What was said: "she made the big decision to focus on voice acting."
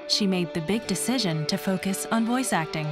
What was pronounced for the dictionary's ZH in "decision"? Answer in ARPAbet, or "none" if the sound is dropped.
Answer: ZH